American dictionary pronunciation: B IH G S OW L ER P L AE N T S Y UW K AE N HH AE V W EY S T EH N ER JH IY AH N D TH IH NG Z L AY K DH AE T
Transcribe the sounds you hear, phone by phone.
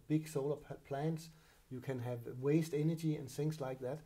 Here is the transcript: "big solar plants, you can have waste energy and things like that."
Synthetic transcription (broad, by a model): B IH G S OW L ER P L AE N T S Y UW K AE N HH AE V W EY S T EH N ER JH IY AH N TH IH NG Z L AY K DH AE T